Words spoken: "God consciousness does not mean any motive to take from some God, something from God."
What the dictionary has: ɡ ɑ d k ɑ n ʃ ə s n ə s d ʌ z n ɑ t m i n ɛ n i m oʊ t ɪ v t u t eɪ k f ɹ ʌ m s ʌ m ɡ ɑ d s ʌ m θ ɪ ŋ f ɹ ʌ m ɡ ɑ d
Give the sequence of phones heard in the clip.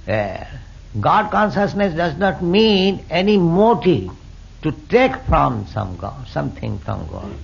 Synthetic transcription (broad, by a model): ɡ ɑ d k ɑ n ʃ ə s n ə s d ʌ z n ɑ t m i n ɛ n i m oʊ t ɪ v t u t eɪ k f ɹ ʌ m s ʌ m ɡ ɑ d s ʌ m t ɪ ŋ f ɹ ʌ m ɡ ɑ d